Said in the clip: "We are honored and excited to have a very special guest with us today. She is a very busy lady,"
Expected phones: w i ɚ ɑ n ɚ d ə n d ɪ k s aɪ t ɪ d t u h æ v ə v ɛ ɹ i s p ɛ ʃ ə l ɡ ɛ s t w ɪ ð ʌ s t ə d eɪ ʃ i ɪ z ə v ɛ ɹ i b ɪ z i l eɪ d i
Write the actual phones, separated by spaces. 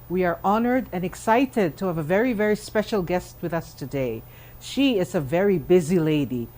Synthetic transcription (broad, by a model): w i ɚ ɑ n ɚ d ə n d ɪ k s aɪ t ɪ d t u h æ v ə v ɛ ɹ i s p ɛ ʃ ə l ɡ ɛ s t w ɪ ð ʌ s t ə d eɪ ʃ i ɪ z ə v ɛ ɹ i b ɪ z i l eɪ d i